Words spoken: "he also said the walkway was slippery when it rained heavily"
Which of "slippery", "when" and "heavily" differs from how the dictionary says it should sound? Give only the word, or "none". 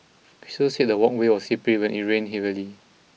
slippery